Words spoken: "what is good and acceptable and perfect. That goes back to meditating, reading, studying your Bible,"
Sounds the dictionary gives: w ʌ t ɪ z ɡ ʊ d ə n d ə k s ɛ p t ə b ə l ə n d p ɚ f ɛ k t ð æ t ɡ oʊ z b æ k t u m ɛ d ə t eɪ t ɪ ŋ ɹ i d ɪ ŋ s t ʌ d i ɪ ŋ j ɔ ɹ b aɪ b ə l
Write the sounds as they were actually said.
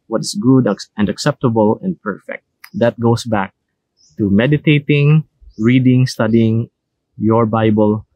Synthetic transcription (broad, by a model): w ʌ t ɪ s ɡ ʊ d ə n d ə k s ɛ p t ə b ə l ə n d p ɚ f ɛ k t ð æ t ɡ oʊ s b æ k t u m ɛ d ə t eɪ t ɪ ŋ ɹ i d ɪ ŋ s t ʌ d i ɪ ŋ j ɔ ɹ b aɪ b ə l